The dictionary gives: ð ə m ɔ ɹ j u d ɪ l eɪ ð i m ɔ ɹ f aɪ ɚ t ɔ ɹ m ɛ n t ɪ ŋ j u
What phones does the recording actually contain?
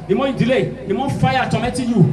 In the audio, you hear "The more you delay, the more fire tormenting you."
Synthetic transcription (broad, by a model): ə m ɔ j u d ɪ l eɪ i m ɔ f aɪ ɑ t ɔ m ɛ t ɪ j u